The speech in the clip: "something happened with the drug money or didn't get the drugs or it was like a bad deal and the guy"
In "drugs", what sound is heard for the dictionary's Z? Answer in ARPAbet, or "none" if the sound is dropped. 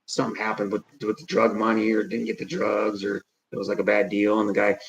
Z